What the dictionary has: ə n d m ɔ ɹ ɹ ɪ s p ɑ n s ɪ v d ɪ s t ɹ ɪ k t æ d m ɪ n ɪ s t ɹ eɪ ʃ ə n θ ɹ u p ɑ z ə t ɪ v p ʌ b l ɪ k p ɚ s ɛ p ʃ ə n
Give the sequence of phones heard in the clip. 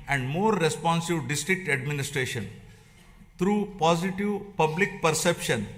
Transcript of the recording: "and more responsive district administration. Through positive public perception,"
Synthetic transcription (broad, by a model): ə n d m ɔ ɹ ɹ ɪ s p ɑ n s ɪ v d ɪ s t ɹ ɪ k t æ d m ɪ n ɪ s t ɹ eɪ ʃ ə n t ɹ u p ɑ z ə t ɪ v p ʌ b l ɪ k p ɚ s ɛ p ʃ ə n